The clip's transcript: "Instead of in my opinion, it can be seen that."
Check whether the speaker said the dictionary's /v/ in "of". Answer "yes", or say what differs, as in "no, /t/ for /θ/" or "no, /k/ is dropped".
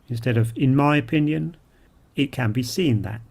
yes